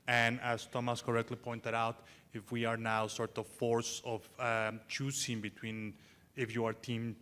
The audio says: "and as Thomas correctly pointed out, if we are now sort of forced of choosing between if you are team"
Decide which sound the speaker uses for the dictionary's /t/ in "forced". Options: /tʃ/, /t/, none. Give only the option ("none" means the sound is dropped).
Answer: none